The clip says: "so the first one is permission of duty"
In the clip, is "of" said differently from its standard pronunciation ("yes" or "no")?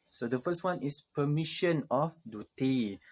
yes